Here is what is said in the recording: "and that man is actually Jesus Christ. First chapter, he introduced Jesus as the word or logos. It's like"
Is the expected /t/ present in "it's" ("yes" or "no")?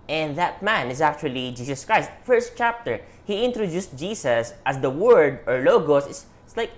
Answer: no